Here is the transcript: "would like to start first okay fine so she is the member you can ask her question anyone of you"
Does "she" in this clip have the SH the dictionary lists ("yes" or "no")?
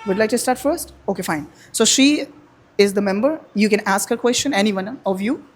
yes